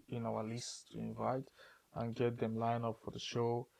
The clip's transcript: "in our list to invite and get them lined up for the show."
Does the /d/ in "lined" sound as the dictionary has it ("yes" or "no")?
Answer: no